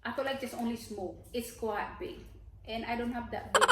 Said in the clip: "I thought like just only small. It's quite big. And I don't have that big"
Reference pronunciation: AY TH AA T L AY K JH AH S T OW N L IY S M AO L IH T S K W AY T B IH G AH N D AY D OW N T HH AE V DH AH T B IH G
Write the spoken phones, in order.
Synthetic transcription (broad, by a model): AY F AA L AY K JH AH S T OW N L IY S M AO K IH T S K W AY T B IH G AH N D AY D OW N T HH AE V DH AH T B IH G